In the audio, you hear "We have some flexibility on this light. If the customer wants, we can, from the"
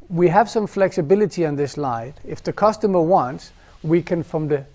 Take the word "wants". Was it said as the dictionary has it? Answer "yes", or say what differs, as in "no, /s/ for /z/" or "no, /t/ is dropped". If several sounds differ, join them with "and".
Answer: yes